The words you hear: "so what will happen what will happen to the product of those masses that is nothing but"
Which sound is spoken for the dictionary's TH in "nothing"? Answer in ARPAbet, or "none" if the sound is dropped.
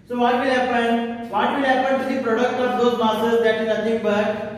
T